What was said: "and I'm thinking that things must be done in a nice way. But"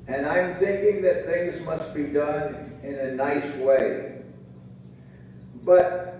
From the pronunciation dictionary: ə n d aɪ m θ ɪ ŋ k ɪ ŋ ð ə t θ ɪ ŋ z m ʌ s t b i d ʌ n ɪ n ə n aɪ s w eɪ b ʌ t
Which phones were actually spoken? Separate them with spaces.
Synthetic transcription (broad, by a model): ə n aɪ m θ ɪ ŋ k ɪ ŋ ð ə t θ ɪ ŋ z m ʌ s t b i d ʌ n ɪ n ə n aɪ s w eɪ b ʌ t